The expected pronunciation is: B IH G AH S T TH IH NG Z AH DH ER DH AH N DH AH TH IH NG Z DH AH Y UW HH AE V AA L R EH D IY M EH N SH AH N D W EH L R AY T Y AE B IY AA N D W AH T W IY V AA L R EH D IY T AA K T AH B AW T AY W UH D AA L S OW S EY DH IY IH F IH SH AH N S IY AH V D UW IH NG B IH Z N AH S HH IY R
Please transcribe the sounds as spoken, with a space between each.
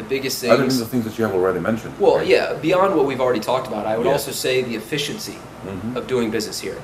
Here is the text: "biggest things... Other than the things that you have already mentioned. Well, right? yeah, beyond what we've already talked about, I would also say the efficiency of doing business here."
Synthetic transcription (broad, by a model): B IH G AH S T TH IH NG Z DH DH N DH AH TH IH NG Z DH AH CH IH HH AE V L R EH D IY M EH N SH AH N D W EH L Y AE B IY AA N D W AH T W IY V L R EH D IY T AA K T AH B AW T AY W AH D AA L S OW S EY DH IY IH F IH SH AH N S IY AH V D UW IH NG B IH Z N AH S HH IY R